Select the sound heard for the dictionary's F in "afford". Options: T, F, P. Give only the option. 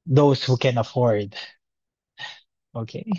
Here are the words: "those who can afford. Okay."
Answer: F